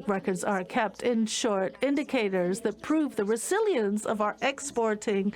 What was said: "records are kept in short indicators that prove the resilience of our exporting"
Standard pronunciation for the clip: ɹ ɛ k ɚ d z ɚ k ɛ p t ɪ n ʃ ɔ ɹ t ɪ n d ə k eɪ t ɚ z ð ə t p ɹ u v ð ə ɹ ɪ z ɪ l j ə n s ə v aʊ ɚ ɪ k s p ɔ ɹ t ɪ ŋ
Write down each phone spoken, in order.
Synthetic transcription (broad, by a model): ɹ ɛ k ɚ d z ɚ k ɛ p t ɪ n ʃ ɔ ɹ t ɪ n d ə k eɪ t ɚ z ð ə t p ɹ u v ð ə ɹ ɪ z ɪ l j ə n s ə v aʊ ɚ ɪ k s p ɔ ɹ t ɪ ŋ